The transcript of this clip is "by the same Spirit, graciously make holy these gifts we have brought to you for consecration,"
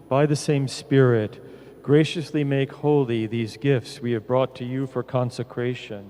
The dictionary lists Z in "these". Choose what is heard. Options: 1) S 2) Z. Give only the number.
2